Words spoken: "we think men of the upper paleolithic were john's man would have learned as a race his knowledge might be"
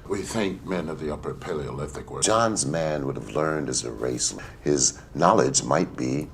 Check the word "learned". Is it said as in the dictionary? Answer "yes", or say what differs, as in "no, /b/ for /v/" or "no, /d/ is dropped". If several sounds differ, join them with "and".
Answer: yes